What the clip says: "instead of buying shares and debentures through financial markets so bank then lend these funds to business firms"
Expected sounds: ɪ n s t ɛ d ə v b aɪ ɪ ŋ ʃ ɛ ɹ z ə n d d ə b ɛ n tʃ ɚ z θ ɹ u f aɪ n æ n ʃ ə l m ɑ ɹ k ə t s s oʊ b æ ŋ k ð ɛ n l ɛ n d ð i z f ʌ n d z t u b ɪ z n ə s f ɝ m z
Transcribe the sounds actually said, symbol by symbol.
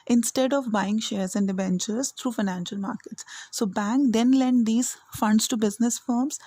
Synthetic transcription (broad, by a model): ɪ n s t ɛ d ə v b aɪ ɪ ŋ ʃ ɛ ɹ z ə n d d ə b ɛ n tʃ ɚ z t ɹ u f aɪ n æ n ʃ ə l m ɑ ɹ k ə t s s oʊ b æ ŋ k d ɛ n l ɛ n d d i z f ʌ n d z t u b ɪ z n ə s f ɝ m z